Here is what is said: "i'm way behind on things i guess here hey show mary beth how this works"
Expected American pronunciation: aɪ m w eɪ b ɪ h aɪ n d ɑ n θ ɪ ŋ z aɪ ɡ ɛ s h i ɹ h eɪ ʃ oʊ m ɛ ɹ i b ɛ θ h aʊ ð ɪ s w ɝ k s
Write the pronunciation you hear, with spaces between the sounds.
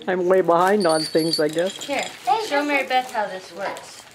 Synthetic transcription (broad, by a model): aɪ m w eɪ b ɪ h aɪ n d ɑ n θ ɪ ŋ z aɪ ɡ ɛ s h i ɹ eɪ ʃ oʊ m ɛ ɹ i b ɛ t h aʊ ð ɪ s w ɝ k s